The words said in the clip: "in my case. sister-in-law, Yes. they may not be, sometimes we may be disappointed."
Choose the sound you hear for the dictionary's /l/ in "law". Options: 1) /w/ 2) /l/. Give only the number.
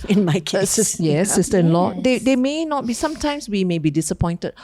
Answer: 2